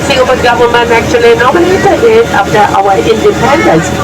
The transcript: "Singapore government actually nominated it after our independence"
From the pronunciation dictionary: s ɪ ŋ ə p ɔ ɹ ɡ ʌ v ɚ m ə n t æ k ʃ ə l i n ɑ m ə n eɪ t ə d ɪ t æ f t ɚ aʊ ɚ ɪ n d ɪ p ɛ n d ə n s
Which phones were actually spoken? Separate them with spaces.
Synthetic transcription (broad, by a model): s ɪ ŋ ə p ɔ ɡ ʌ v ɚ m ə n æ k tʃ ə l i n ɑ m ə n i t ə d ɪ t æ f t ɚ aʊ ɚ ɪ n d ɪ p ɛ n d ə n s